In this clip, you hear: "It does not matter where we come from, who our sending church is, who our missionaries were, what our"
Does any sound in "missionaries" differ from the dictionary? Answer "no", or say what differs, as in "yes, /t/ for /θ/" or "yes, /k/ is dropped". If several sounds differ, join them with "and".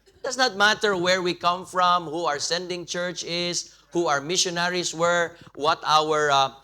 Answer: yes, /s/ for /z/